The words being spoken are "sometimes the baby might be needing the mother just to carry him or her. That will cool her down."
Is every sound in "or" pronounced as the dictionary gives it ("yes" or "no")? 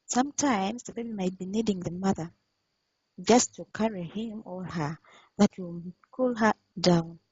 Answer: no